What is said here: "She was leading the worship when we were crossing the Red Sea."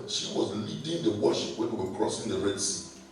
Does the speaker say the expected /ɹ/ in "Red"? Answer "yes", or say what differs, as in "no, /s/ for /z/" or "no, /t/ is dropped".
yes